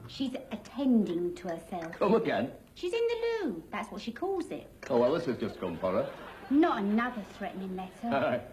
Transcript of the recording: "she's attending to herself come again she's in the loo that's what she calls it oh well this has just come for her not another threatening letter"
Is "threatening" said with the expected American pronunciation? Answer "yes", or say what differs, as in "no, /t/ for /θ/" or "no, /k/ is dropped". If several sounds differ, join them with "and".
yes